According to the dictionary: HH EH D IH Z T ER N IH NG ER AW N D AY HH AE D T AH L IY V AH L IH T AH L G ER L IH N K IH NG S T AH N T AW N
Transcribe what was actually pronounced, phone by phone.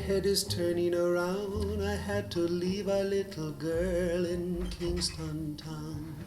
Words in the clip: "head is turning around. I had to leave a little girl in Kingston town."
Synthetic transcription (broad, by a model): HH EH D IH Z T ER N IH NG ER AW N D AY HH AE D T AH L IY V AH L IH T L G ER L IH N K IH NG S T AH N T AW N